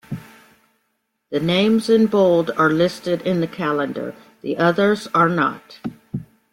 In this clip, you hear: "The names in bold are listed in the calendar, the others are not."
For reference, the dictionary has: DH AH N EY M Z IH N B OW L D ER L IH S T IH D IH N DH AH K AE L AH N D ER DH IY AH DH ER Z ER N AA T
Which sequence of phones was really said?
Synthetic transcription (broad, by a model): DH AH N EY M Z IH N B OW L D ER L IH S T IH D IH N DH AH K AE L AH N D ER DH IY AH DH ER Z ER N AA T